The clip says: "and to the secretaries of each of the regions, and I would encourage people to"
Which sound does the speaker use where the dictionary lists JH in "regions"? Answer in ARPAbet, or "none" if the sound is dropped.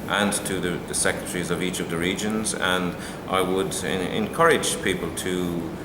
JH